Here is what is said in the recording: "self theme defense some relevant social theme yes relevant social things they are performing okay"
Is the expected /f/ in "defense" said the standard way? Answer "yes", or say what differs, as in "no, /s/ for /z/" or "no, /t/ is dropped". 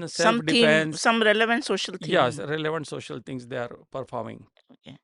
no, /f/ is dropped